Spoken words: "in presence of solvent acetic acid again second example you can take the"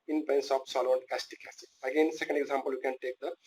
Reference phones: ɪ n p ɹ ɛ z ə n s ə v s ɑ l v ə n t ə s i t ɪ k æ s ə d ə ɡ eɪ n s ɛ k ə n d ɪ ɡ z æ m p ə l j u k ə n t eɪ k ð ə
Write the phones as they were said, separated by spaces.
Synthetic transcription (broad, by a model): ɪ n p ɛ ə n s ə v s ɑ l ə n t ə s t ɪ k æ s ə ə ɡ eɪ n s ɛ k ə n d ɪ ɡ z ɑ m p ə l j u k ə n t eɪ k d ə